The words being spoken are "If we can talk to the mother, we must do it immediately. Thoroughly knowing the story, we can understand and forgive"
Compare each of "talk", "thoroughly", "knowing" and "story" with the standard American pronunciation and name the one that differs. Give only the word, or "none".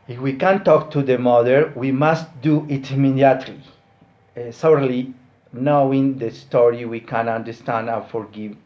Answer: thoroughly